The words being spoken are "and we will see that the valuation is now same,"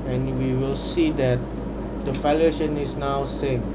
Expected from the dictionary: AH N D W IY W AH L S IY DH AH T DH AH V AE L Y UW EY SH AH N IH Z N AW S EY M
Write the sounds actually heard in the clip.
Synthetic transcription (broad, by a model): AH N W IY W AH L S IY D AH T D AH F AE L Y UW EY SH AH N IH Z N AW S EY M